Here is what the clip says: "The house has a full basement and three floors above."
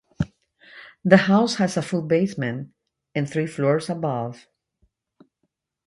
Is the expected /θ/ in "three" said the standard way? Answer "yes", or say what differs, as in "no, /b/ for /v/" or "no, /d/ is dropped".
yes